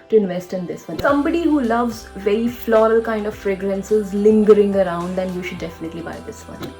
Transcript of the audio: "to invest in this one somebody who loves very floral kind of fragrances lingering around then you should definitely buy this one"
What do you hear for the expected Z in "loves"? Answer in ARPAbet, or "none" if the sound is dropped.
Z